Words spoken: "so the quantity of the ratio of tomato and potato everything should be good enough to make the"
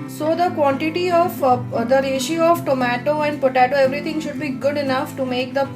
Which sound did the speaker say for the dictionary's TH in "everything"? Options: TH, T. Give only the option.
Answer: T